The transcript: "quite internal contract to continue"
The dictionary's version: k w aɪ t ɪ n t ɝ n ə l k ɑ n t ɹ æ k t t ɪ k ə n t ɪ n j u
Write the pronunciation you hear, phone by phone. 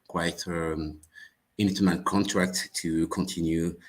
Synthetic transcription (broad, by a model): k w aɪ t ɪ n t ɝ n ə n k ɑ n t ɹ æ k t t ɪ k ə n t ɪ n j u